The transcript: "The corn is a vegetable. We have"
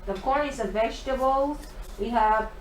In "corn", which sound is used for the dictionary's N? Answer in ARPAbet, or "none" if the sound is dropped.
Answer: none